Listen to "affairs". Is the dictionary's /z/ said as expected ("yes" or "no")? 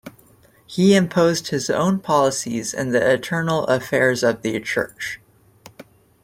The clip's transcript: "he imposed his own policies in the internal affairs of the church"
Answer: yes